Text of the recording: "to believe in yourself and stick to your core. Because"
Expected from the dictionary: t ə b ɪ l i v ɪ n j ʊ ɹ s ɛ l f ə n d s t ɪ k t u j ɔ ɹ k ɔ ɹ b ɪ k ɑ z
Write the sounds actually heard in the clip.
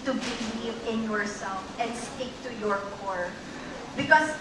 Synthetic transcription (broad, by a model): t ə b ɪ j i ɪ n j ʊ ɹ s ɛ l f ə n d s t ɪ k t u j ɔ ɹ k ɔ ɹ b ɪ k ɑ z